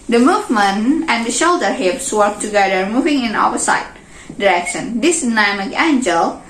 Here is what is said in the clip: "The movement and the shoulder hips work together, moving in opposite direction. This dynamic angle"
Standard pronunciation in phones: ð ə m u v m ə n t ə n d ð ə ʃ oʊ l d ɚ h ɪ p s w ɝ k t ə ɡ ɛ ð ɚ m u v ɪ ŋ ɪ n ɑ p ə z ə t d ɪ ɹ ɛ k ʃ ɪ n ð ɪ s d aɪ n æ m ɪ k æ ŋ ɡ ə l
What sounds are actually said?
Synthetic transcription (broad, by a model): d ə m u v m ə n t ə n d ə ʃ oʊ l d ɚ h ɪ p s w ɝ k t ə ɡ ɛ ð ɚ m u v ɪ ŋ ɪ n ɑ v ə s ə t d ɪ ɹ ɛ k ʃ ɪ n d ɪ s n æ m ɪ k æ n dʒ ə l